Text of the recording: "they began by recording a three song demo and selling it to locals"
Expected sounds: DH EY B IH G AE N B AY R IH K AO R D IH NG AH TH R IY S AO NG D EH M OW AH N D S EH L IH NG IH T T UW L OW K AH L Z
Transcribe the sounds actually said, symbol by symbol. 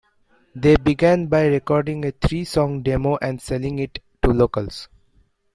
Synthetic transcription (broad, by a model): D EY B IH G AE N B AY R IH K AO R D IH NG AH T R IY S AO NG D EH M OW AH N D S EH L IH NG IH T T UW L OW K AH L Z